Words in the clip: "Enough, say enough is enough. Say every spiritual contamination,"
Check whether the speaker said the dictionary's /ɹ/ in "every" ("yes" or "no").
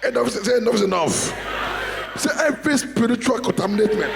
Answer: no